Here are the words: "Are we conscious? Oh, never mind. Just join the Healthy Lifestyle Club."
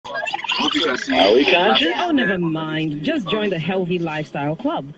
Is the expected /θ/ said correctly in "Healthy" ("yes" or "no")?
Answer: yes